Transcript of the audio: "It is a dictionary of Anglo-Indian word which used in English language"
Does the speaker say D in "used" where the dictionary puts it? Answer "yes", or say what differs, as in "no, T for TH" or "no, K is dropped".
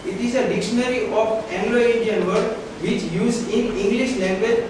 no, D is dropped